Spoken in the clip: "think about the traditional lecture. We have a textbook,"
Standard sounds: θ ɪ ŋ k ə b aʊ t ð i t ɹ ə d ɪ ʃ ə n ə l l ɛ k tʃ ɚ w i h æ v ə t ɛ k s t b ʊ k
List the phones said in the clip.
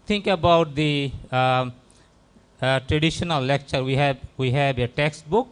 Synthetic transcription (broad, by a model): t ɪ ŋ k ə b aʊ t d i t ɹ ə d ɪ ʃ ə n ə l l ɛ k tʃ ɚ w i h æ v ə t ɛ k s t b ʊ k